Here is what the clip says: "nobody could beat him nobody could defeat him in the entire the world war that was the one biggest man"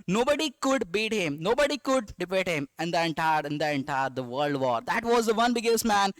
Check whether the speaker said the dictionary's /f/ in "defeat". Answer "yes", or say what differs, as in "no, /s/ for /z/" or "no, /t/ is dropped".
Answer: no, /p/ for /f/